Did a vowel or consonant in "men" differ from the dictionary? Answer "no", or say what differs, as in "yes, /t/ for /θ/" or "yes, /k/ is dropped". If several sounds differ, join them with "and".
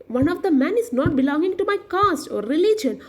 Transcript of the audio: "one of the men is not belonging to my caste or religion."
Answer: no